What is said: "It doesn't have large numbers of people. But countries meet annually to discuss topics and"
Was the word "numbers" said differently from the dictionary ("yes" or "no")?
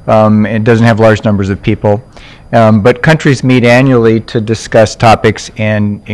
no